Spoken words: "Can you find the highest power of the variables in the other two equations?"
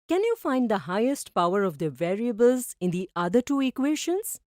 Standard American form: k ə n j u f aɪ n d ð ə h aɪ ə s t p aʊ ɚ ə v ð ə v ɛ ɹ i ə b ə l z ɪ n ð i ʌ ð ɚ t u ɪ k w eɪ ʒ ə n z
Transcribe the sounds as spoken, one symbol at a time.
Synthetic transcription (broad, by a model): k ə n j u f aɪ n d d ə h aɪ ə s t p aʊ ɚ ə v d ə v ɛ ɹ i ə b ə l z ɪ n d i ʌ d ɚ t u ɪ k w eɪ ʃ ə n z